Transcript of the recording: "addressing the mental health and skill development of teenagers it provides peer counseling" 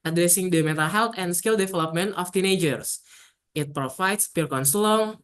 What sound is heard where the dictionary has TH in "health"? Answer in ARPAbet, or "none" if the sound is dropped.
T